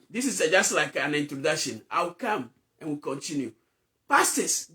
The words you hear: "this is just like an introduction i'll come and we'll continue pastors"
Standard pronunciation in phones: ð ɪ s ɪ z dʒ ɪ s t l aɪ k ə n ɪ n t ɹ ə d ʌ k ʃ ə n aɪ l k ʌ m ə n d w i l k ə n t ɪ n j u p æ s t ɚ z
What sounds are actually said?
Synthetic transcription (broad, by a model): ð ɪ s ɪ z dʒ ɪ s t l aɪ k ə n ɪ n t ɹ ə d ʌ k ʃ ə n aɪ w k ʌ m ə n w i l k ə n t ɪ n j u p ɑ s t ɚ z